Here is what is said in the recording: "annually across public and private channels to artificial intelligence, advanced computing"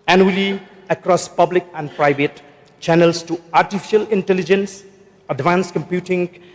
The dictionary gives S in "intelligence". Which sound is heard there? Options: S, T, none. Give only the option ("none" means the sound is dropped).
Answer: S